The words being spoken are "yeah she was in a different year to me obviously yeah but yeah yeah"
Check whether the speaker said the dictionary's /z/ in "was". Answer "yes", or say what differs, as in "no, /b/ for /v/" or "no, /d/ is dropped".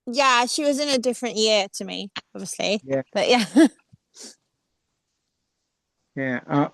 yes